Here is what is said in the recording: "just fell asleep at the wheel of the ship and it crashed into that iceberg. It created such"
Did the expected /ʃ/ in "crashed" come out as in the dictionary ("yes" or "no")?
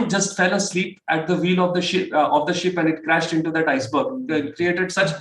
yes